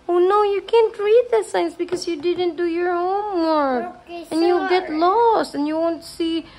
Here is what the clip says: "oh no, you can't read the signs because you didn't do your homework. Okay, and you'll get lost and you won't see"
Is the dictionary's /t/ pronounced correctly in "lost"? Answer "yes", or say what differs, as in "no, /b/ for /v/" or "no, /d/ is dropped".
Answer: yes